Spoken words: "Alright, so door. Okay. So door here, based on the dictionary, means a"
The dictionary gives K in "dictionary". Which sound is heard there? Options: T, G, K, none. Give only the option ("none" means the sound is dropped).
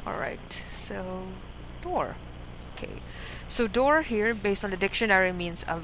K